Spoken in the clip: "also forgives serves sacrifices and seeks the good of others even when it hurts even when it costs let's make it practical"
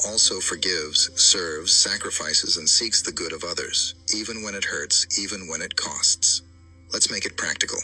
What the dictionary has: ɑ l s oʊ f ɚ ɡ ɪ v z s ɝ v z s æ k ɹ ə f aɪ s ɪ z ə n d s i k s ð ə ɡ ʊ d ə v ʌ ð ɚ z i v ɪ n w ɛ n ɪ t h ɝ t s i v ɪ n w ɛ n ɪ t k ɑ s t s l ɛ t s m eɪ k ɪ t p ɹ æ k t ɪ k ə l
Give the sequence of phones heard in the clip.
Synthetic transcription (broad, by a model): ɑ l s oʊ f ɚ ɡ ɪ v z s ɝ v z s æ k ɹ ə f aɪ s ɪ z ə n s i k s ð ə ɡ ʊ d ə v ʌ ð ɚ z i v ɪ n w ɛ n ɪ t h ɝ t s i v ɪ n w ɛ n ɪ t k ɑ s t s l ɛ t s m eɪ k ɪ t p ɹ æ k t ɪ k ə l